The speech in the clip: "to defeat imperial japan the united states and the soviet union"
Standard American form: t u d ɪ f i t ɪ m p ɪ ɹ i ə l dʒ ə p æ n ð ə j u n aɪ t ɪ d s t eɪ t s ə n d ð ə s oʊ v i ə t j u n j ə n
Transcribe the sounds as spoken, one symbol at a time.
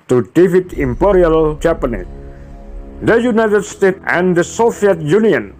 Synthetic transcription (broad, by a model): t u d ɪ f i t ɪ m p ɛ ɹ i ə l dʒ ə p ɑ n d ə j u n aɪ t ɪ d s t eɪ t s ə n d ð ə s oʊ f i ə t j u n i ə n